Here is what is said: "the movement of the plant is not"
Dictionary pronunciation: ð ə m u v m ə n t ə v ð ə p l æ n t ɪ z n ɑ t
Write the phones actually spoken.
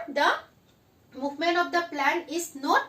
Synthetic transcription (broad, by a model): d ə m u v m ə n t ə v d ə p l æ n ɪ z n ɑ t